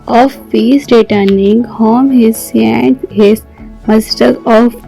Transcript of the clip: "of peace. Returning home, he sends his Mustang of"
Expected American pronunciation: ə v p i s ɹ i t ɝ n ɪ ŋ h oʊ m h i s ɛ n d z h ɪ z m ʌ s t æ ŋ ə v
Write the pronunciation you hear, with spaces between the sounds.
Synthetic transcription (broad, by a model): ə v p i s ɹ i t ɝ n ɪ ŋ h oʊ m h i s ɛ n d h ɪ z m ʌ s t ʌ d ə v